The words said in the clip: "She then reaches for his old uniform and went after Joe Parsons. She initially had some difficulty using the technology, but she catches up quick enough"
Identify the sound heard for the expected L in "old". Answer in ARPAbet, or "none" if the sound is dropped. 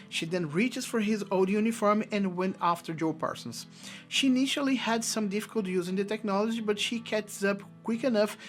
none